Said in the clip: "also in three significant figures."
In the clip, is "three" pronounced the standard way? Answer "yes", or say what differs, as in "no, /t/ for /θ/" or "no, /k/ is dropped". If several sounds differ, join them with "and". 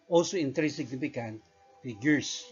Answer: no, /t/ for /θ/